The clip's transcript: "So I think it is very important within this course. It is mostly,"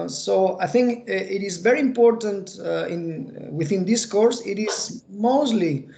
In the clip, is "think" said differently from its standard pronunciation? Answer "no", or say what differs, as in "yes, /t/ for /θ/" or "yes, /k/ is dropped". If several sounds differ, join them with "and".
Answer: no